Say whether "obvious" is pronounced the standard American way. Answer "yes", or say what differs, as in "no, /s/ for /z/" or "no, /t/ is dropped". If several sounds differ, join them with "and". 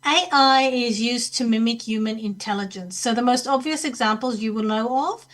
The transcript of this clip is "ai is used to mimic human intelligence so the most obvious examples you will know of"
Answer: yes